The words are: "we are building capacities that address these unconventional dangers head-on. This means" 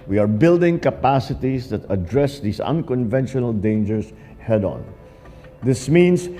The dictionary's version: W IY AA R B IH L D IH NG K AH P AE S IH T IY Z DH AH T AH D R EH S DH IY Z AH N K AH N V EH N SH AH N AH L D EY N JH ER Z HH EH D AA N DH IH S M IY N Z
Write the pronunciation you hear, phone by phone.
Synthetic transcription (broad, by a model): W IY AA R B IH L D IH NG K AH P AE S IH T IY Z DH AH T AH D R EH S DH IY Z AH N K AH N V EH N SH AH N AH L D EY N JH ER S HH EH D AA N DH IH S M IY N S